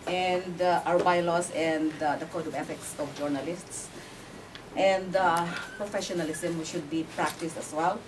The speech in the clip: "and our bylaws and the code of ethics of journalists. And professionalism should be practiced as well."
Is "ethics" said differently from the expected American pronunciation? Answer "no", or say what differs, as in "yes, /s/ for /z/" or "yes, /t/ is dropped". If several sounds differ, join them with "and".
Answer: yes, /f/ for /θ/